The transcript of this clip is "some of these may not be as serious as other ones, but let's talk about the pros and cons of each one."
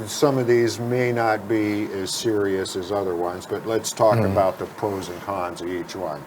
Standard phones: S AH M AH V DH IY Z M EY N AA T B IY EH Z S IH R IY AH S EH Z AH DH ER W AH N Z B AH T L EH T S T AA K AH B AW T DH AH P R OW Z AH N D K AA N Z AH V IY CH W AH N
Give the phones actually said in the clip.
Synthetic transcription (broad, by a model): S AH M AH V DH IY Z M EY N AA T B IY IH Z S IH R IY AH S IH Z AH DH ER W AH N Z B AH T L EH T S T AA K AH B AW T DH AH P OW Z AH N K AA N Z AH V IY CH W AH N